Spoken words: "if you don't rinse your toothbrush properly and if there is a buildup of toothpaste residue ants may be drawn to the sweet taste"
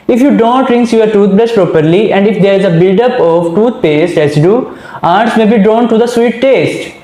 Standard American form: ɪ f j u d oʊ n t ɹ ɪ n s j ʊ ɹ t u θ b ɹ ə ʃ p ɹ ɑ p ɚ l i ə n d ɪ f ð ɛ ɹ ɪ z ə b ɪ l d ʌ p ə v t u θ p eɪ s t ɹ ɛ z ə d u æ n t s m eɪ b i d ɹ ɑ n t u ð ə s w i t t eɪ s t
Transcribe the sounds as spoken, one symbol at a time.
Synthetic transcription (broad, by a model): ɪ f j u d oʊ n t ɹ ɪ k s j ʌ ɹ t u t b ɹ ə s p ɹ ɑ p ɚ l i ə n d ɪ f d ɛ ɹ ɪ z ə b ɪ l d ʌ p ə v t u t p eɪ s t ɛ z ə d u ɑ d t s m eɪ b i d ɹ ɑ n t u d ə s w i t t eɪ s t